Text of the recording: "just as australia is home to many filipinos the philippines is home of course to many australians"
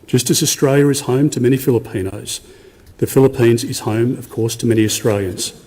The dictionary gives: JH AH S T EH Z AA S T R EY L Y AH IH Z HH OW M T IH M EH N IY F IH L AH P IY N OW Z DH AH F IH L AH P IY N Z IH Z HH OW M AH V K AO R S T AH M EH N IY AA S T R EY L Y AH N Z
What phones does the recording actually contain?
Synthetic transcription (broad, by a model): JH AH S T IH Z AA S T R EY L Y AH IH Z HH OW M T IH M EH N IY F IH L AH P IY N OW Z DH AH F IH L AH P IY N Z IH Z HH OW M AH V K AO R S T AH M EH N IY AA S T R EY L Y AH N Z